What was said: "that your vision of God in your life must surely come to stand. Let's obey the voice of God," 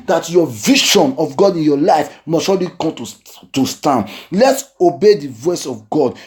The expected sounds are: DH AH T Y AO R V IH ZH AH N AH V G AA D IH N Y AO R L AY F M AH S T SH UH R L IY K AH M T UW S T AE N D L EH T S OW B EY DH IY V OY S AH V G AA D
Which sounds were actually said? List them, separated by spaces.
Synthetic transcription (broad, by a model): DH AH T Y AO V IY SH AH N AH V G AA D IH N Y AO L AY F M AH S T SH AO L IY K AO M T UW S T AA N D L EH T S OW B EY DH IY V OY S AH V G AA D